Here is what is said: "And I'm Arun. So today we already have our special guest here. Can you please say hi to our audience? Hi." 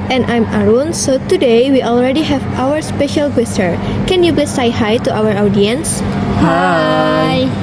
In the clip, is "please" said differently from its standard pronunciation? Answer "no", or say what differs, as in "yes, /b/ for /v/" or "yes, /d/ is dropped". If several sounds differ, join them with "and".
yes, /b/ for /p/